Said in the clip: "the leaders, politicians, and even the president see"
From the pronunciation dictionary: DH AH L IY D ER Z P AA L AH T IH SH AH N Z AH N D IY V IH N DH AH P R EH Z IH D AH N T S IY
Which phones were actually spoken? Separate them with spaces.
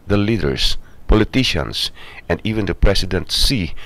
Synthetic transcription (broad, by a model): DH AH L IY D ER S P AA L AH T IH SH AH N S AH N D IY V IH N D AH P R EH S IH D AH N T S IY